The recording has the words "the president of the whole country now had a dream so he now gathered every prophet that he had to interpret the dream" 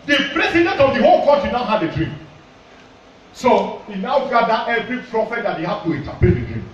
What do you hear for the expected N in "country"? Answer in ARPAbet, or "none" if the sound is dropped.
none